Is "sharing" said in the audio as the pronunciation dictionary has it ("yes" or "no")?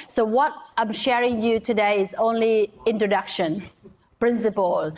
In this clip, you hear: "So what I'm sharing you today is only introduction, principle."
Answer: yes